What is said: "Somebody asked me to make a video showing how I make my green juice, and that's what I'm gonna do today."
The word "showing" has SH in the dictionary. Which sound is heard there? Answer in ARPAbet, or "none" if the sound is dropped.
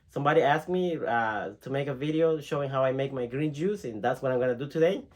SH